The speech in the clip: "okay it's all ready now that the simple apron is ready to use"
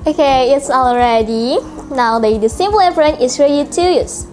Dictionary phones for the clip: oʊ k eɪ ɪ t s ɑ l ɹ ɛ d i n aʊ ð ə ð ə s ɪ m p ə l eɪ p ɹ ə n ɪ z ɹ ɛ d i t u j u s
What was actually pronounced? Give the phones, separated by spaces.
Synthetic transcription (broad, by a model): oʊ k eɪ ɪ t s ɑ l ɹ ɛ d i n aʊ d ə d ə s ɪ m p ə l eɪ f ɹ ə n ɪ s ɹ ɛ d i t u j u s